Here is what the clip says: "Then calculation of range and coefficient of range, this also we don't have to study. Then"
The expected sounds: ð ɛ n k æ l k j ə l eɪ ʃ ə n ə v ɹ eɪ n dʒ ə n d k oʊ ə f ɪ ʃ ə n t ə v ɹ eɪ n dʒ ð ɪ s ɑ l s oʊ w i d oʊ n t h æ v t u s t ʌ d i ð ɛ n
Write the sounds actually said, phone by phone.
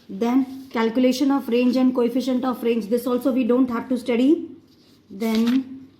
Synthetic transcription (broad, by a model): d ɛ n k æ l k j ə l eɪ ʃ ə n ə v ɹ eɪ n dʒ ə n d k oʊ ə f ɪ ʃ ə n t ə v ɹ eɪ n dʒ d ɪ s ɑ l s oʊ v i d oʊ n t h æ v t u s t ʌ d i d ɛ n